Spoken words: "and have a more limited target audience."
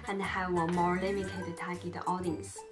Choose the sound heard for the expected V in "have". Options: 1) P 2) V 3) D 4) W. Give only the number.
4